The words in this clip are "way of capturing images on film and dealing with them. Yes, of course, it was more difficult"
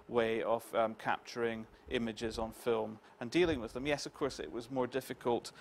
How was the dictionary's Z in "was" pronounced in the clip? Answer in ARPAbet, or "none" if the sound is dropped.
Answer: Z